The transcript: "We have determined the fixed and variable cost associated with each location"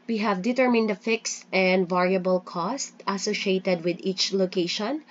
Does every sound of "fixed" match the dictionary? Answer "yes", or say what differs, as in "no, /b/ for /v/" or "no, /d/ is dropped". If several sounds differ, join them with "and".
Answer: yes